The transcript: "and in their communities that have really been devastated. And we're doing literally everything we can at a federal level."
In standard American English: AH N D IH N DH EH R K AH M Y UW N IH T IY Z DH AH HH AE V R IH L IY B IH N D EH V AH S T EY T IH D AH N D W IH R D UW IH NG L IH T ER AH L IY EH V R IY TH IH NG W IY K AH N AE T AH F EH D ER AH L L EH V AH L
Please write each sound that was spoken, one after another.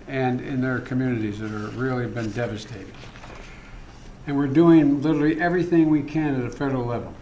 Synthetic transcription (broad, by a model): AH N IH N DH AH R K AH M Y UW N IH T IY Z DH AH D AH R R IH L IY B IH N D EH V AH S T EY T IH D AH N W IH R D UW IH NG L IH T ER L IY EH V R IY TH IH NG W IY K AH N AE T AH F EH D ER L L EH V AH L